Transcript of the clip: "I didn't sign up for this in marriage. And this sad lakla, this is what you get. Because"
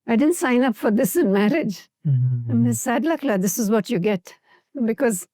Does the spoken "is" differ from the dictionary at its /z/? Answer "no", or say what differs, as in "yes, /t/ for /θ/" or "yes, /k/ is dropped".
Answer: no